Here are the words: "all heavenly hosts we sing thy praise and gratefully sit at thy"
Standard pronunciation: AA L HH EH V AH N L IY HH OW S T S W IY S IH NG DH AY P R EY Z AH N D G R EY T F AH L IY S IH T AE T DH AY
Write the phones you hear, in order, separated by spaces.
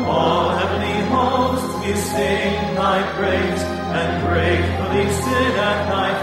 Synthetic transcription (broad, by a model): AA L HH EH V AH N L IY HH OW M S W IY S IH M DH AY B R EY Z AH N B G R EY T F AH L IY S IH T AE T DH AY